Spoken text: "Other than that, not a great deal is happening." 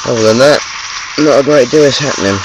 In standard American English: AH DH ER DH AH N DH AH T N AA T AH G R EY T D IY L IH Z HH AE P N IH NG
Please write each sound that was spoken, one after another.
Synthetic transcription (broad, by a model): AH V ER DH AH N DH AH T N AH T AH G R EY T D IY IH S HH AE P N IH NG